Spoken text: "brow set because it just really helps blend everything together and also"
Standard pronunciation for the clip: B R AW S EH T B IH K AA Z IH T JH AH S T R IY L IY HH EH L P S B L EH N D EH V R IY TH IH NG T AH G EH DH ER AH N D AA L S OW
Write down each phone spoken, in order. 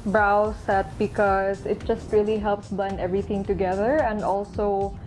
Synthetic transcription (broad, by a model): B R AW S EH T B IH K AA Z IH T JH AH S T R IY L IY HH EH L P S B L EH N EH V R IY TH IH NG T AH G EH DH ER AH N D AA L S OW